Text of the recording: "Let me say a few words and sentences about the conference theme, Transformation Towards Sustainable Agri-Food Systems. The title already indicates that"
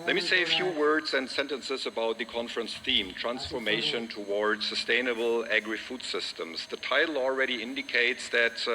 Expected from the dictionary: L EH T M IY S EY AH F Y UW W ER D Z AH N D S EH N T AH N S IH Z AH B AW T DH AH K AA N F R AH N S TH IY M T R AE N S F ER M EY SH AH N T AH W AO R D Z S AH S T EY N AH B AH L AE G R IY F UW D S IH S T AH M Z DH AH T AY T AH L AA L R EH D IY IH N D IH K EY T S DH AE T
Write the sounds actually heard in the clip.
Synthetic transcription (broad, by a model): L EH T M IY S EY AH F Y UW W ER D Z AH N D S EH N T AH N S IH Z AH B AW T DH AH K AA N F R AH N S TH IY M T R AE N S F ER M EY SH AH N T AH W AO R D Z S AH S T EY N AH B L AE G R IY F UW D S IH S T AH M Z DH AH T AY T L AA L R EH D IY IH N D IH K EY T S DH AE T